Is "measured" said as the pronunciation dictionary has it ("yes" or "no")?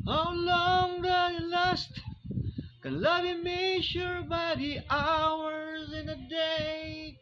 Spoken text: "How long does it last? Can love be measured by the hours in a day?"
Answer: no